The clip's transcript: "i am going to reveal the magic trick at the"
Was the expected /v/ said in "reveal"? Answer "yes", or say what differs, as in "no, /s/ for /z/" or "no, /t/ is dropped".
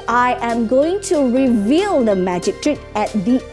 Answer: yes